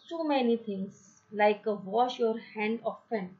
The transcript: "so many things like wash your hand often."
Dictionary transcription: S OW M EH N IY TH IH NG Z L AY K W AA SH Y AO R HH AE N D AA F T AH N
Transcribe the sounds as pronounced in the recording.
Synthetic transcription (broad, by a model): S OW M EH N IY T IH NG S L AY K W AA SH Y AO R HH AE N D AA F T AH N